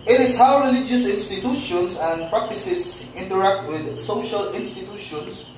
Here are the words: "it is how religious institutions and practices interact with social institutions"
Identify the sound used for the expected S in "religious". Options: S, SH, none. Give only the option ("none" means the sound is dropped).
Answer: S